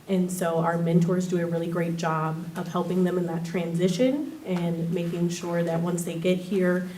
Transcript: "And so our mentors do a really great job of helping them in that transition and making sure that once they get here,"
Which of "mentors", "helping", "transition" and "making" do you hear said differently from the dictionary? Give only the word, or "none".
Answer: none